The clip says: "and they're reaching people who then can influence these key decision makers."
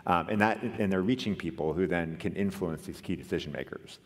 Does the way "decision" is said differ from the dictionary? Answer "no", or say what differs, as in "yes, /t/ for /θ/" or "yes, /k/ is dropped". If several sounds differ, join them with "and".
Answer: no